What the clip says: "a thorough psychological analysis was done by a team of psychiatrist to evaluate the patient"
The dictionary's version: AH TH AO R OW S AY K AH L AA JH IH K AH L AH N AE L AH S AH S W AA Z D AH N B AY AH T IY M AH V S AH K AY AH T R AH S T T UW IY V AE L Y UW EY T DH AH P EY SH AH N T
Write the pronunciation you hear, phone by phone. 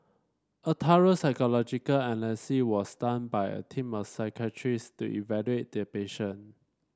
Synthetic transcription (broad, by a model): AH T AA R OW S AY K AH L AA JH IH K AH L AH N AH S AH W AA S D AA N B AY AH T IY M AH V S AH K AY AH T R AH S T T UW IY V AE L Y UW EY T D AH P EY SH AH N